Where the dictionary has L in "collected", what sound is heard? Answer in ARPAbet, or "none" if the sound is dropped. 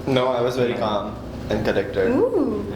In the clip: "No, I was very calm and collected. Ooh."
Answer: N